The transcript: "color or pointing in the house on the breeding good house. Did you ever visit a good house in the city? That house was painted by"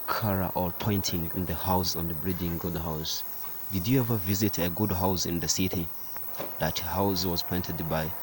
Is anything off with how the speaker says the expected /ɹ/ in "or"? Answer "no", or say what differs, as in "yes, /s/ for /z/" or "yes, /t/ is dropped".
yes, /l/ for /ɹ/